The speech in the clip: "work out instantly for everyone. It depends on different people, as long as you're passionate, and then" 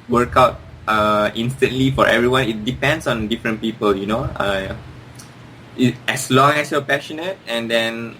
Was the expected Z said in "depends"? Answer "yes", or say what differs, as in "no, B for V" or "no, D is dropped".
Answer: no, S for Z